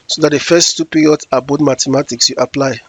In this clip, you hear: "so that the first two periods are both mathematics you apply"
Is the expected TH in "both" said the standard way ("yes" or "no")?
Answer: no